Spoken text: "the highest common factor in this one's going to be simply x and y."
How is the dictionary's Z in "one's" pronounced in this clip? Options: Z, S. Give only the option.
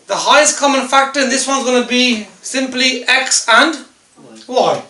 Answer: Z